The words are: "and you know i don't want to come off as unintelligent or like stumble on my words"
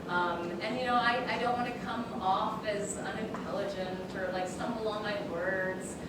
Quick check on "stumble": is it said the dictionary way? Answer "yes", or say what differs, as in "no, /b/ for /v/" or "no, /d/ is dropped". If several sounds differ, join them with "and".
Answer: no, /b/ is dropped